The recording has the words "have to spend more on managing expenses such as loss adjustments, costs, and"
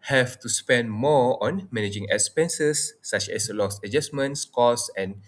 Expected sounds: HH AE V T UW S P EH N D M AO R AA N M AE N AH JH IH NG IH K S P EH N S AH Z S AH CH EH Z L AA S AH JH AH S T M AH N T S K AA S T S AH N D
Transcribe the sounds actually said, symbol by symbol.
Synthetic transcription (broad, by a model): HH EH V T UW S P EH N D M AO AA N M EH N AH JH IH NG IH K S P EH N S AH S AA CH EH S L AA S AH JH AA S M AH N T S K AA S S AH N